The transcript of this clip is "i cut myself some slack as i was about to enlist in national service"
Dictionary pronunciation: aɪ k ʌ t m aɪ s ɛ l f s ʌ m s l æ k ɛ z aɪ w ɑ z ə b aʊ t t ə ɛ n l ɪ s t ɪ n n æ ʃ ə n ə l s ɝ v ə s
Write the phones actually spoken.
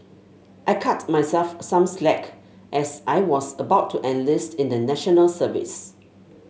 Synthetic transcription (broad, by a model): aɪ k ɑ t m aɪ s ɛ l f s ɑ m s l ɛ k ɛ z aɪ w ɑ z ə b aʊ t t ɛ n l ɪ s t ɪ n n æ ʃ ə n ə l s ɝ v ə s